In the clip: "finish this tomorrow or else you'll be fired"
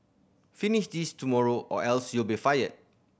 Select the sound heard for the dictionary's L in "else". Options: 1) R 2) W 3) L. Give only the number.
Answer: 3